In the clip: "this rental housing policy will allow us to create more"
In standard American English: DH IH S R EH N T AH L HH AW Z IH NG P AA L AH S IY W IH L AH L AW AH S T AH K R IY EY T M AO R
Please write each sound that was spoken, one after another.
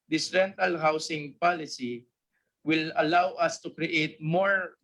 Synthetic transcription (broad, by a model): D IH S R EH N T AH L HH AW S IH NG P AA L AH S IY W IH L AH L AW AH S T AH K R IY EY T M AO R